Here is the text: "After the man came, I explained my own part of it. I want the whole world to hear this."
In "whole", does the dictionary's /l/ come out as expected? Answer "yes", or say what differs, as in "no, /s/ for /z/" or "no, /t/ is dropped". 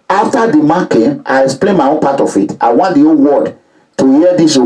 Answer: no, /n/ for /l/